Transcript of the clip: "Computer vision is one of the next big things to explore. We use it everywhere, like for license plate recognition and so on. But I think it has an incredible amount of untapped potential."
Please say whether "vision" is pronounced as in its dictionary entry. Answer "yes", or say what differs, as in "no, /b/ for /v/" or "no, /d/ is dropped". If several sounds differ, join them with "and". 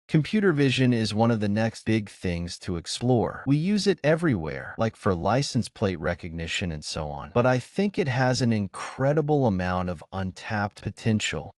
yes